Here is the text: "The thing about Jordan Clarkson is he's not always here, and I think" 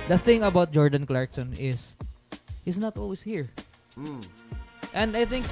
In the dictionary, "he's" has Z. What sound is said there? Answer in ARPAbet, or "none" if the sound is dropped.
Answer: S